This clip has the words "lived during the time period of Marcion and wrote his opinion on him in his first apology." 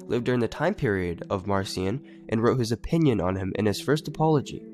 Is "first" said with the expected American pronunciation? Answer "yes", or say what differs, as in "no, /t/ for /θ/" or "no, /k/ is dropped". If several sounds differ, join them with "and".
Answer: yes